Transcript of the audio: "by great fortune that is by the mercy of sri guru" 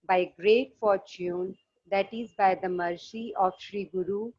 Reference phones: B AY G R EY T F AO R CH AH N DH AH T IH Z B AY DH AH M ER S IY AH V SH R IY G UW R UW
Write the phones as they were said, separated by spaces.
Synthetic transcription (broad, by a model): B AY G R EY T F AO R CH AH N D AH T IH Z B AY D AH M ER S IY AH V SH R IY G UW R UW